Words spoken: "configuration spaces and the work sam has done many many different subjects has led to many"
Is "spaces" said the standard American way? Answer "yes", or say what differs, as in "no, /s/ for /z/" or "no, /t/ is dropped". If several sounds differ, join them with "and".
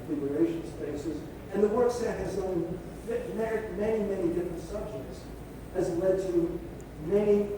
yes